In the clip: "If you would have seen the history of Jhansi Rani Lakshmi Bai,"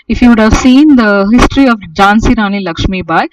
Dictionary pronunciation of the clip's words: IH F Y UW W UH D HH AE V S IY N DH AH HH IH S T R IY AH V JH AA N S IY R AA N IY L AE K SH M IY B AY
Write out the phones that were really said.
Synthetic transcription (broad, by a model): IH F Y UW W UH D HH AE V S IY N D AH HH IH S T R IY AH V JH AA N S IY R AA N IY L AE K SH M IY B AY